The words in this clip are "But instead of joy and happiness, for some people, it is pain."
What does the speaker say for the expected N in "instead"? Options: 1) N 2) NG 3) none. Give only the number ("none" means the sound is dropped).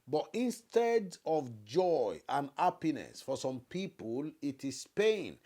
1